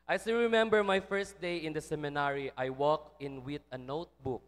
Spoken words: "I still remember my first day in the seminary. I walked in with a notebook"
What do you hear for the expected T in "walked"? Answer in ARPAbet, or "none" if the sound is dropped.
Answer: none